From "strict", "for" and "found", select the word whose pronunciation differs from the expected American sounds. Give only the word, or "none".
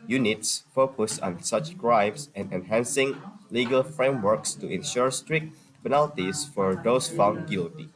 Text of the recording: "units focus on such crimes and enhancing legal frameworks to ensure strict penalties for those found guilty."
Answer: none